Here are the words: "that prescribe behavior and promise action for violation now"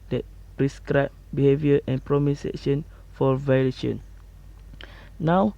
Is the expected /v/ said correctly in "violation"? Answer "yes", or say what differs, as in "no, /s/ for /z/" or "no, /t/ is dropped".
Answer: yes